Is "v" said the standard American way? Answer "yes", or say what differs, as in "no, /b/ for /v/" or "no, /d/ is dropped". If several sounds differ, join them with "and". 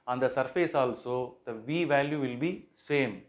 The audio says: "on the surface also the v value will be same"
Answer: yes